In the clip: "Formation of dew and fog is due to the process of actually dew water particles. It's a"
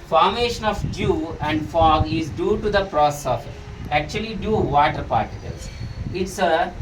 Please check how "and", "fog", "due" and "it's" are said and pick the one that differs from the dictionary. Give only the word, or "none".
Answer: none